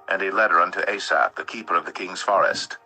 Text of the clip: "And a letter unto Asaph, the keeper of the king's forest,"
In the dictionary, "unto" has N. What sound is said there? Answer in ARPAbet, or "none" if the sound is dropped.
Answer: N